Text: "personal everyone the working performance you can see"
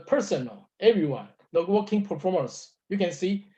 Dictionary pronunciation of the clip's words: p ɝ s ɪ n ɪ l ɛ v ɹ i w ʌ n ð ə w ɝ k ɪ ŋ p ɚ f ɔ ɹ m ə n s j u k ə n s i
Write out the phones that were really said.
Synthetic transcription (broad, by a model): p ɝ s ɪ n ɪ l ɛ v ɹ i w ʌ n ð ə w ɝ k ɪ ŋ p ɚ f ɔ ɹ m ə n s j u k ə n s i